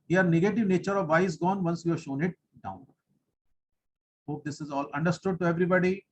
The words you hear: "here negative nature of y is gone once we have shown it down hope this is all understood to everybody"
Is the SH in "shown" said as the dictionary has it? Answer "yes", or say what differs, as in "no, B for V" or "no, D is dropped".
yes